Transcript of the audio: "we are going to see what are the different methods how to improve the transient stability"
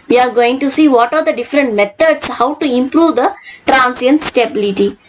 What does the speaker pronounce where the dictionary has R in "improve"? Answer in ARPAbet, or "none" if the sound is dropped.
R